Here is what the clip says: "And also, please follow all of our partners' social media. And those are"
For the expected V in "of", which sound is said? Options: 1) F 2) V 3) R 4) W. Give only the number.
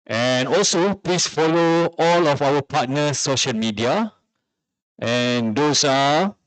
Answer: 1